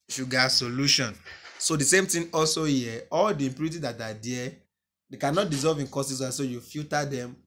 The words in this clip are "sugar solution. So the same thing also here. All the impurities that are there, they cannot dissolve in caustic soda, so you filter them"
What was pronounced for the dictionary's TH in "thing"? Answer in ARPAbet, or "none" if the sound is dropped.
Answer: T